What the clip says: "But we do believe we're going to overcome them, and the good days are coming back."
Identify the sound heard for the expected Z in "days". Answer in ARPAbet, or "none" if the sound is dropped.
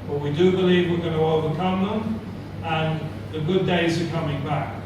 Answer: Z